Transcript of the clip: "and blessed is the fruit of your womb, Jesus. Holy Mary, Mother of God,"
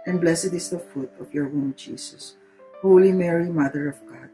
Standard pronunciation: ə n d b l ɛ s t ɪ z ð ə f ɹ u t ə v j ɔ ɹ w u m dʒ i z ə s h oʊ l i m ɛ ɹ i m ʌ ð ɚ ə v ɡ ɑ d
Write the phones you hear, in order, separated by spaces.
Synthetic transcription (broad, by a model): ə n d b l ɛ s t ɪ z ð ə f u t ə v j ɔ ɹ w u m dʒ i s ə s h oʊ l i m ɛ ɹ i m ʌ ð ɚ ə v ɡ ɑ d